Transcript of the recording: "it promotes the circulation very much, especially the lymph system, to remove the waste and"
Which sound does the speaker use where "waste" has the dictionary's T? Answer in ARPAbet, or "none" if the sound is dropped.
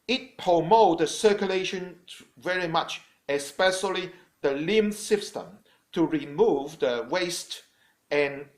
T